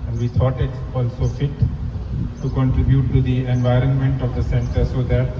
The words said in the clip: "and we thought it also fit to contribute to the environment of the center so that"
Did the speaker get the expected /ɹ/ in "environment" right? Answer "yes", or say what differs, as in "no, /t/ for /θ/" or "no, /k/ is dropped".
yes